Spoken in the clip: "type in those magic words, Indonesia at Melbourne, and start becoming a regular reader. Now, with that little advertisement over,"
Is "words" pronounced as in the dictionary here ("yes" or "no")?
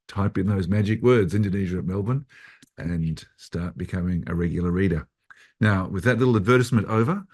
yes